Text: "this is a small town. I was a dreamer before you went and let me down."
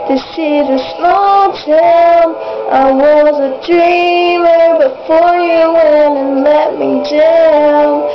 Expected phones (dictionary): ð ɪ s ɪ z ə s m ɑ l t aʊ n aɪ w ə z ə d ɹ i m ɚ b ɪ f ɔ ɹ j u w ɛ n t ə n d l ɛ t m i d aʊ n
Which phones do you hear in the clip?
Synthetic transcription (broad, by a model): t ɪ s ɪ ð ə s ɑ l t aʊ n aɪ w ə z ə d ɹ i m ɚ b ɪ f ɔ ɹ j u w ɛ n ə n l ɛ t m i d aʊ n